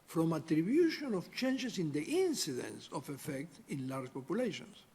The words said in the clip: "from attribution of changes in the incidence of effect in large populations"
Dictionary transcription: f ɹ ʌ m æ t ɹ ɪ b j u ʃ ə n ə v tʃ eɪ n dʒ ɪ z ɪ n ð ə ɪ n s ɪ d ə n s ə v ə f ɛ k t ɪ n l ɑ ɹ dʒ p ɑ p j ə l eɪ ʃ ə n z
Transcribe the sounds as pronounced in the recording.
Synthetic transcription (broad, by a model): f ɹ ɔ m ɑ t ɹ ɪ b j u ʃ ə n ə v tʃ eɪ n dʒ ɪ s ɪ n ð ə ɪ n s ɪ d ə n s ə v ə f ɛ k t ɪ n l ɑ ɹ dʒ p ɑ p j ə l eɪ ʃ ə n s